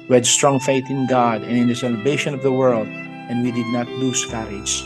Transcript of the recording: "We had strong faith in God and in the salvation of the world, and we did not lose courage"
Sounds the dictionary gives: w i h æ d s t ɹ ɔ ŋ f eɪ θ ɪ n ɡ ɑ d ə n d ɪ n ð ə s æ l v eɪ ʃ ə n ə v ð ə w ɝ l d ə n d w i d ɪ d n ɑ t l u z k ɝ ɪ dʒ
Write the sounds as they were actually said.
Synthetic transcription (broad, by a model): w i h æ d s t ɹ ɔ ŋ f eɪ θ ɪ n ɡ ɑ d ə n ɪ n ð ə s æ l v eɪ ʃ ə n ə v ð ə w ɝ l d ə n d w i d ɪ d n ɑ t l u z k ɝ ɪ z